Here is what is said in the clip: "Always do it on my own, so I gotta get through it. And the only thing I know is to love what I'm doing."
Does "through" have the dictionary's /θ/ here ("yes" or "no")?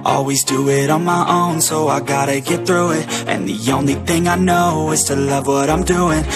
yes